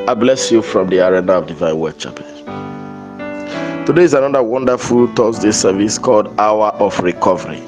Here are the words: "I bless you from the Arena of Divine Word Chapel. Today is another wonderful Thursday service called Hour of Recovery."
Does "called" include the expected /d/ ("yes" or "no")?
yes